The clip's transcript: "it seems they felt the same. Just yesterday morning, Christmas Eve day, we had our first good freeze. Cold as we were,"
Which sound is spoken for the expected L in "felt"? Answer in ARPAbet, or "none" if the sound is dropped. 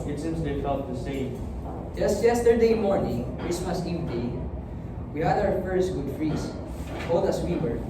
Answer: none